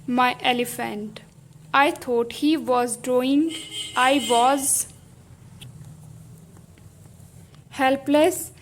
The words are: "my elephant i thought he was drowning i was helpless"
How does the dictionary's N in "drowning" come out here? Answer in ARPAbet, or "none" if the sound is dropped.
none